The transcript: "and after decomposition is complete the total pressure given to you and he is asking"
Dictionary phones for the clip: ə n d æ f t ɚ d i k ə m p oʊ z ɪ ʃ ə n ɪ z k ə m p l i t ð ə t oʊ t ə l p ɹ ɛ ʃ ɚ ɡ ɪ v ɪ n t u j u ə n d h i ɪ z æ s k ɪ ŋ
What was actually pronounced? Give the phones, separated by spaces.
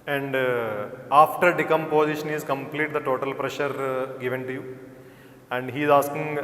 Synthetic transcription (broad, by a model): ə n d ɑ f t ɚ d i k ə m p oʊ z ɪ ʃ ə n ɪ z k ə m p l i t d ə t oʊ t ə l p ɹ ɛ ʃ ɚ ɡ ɪ v ɪ n t u j u ə n d h i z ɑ s k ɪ ŋ